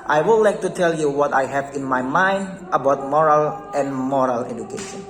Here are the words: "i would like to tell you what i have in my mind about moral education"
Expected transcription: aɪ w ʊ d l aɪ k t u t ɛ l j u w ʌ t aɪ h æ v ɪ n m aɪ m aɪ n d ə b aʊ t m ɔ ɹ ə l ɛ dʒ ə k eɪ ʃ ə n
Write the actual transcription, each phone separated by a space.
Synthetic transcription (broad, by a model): aɪ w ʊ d l aɪ k t u t ɛ l j u w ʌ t aɪ h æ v ɪ n m aɪ m aɪ n d ə b aʊ t m ɔ ɹ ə l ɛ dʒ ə k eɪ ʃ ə n